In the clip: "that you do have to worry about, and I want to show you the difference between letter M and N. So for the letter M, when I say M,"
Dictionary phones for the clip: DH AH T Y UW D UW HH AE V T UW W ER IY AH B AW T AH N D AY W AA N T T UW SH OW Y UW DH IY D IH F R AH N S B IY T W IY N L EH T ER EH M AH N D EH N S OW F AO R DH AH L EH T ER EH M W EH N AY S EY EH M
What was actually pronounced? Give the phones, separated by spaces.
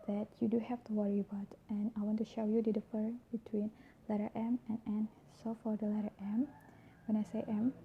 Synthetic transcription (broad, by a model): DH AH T Y UW D UW HH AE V T UW W ER IY AH B AW T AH N AY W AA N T T UW SH OW Y UW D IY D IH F AH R B IY T W IY N L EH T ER EH M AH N EH N S OW F AO R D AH L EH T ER EH M W EH N AY S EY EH M